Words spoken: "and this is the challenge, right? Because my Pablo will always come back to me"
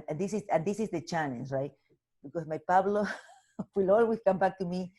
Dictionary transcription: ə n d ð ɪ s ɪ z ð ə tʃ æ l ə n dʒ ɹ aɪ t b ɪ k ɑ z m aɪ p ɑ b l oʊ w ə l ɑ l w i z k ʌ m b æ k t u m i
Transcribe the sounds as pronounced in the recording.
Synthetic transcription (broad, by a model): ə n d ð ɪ s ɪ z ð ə tʃ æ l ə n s ɹ aɪ t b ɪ k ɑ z m aɪ p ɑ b l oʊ w ə l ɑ l w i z k ʌ m b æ k t u m i